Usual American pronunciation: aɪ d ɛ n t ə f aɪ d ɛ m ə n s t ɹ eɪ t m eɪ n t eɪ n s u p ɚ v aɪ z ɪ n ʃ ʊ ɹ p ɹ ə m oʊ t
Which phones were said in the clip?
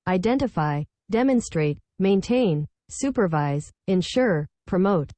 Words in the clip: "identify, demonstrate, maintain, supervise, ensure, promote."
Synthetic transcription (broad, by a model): aɪ d ɛ n t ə f aɪ d ɛ m ə n s t ɹ eɪ t m eɪ n t eɪ n s u p ɚ v aɪ z ɪ n ʃ ʊ ɹ p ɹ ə m oʊ t